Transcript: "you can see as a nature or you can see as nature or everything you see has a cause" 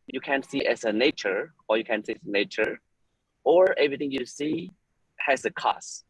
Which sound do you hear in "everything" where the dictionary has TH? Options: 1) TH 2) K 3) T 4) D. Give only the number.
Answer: 3